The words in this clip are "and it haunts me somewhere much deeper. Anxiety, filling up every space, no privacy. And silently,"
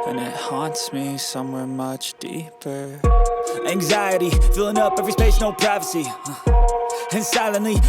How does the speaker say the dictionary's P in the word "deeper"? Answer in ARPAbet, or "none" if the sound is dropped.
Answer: P